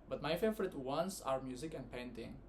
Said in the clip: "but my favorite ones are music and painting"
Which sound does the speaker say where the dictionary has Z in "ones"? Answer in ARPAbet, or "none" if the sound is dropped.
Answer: S